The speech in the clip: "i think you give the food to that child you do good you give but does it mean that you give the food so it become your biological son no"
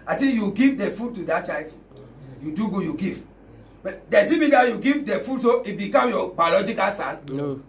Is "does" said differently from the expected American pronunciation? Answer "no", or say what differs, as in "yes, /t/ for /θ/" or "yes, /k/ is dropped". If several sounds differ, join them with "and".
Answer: yes, /s/ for /z/